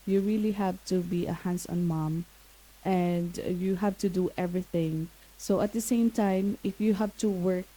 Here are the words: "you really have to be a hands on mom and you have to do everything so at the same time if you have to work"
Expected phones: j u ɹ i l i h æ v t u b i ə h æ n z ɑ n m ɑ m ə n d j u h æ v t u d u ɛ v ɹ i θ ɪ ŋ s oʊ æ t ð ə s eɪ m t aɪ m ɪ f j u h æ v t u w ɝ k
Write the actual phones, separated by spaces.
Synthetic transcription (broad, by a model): j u ɹ i l i h æ v t u b i ə h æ n s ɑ n m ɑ m ə n d j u h æ v t u d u ɛ v ɹ i θ ɪ ŋ s oʊ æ t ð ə s eɪ m t aɪ m ɪ f j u h æ v t u w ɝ k